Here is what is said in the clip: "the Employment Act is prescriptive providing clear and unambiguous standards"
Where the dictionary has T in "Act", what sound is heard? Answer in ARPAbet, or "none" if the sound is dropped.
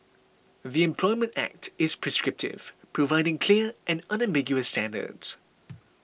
T